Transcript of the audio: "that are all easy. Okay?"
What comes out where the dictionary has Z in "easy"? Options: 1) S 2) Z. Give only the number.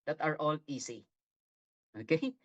1